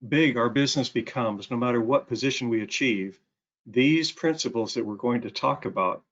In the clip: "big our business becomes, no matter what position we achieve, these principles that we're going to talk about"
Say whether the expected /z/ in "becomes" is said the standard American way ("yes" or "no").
yes